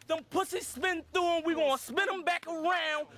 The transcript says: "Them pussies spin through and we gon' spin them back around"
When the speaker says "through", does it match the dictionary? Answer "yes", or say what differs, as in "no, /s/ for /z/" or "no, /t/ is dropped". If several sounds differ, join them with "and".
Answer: no, /ɹ/ is dropped